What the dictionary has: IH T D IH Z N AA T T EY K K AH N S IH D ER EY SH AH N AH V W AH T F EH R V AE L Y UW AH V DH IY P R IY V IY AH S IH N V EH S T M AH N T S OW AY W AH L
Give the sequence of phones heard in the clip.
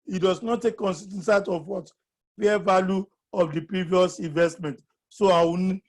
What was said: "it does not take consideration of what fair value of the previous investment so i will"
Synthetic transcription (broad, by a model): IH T D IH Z N AA T T EY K K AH N S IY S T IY S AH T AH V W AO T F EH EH V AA L Y UW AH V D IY P R IY V IY AH S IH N V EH S T M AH N T S OW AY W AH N